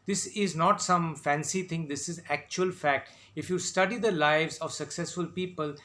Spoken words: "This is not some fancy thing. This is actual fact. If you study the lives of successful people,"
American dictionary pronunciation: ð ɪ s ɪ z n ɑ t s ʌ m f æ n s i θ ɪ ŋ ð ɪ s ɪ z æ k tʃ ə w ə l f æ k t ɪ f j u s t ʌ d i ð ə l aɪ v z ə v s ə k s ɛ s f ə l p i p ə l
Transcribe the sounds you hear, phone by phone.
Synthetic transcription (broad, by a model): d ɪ s ɪ z n ɑ t s ʌ m f æ n s i t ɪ ŋ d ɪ s ɪ z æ k tʃ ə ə l f æ k t ɪ f j u s t ʌ d i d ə l aɪ v z ə v s ə k s ɛ s f ə l p i p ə l